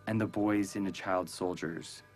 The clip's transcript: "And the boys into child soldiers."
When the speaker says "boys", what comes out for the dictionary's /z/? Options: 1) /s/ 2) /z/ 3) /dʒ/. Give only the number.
2